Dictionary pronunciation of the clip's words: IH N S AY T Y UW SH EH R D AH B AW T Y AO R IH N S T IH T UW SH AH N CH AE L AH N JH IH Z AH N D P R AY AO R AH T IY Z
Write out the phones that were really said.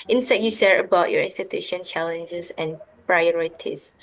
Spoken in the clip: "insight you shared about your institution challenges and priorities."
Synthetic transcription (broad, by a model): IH N S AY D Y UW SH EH R AH B AW T Y AO R IH N S T IH T UW SH AH N CH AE L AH N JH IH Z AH N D P R AY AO R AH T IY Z